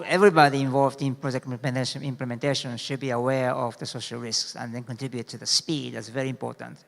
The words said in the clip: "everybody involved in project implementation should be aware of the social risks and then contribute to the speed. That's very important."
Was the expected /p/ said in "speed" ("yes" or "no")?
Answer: yes